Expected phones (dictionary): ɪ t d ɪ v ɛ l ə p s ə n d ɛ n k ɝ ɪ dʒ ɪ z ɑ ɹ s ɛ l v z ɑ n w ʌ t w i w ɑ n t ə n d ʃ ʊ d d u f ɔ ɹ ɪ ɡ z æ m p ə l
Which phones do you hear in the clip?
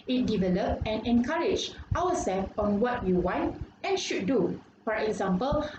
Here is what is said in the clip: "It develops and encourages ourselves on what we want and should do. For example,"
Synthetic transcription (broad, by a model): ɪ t d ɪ v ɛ l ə p ə n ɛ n k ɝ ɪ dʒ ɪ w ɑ s ɛ l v ɑ n w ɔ t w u w ɑ n t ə n ʃ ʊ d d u f ɔ ɹ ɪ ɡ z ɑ m p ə l